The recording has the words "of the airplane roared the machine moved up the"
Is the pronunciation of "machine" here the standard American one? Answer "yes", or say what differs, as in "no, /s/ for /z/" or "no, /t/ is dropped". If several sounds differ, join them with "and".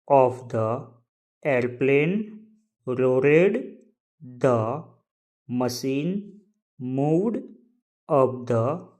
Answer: no, /s/ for /ʃ/